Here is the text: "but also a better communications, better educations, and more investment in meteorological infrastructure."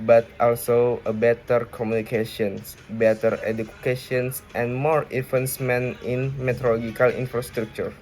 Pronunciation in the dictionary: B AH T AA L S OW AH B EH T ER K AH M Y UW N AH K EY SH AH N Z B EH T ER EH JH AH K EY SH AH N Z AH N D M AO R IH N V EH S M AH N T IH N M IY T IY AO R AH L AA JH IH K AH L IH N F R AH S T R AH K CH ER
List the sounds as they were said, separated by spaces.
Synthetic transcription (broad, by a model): B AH T AA L S OW AH B EH T ER K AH M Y UW N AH K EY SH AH N S B EH T ER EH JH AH K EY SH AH N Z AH N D M AO R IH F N S M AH N IH N M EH T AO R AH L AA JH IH K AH L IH N F R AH S T R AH K CH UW